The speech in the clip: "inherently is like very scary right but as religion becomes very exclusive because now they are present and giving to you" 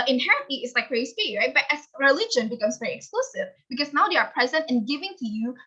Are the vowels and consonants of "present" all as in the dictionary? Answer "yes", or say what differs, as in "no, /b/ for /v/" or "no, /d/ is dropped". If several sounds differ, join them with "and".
yes